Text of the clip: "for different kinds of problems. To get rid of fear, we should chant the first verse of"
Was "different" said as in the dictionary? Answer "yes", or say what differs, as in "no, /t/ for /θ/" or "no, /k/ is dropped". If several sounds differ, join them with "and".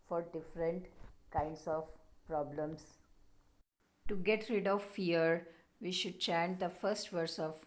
yes